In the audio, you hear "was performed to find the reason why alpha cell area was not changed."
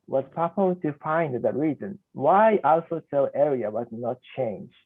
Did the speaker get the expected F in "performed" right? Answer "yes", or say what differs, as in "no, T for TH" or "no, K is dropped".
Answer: no, P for F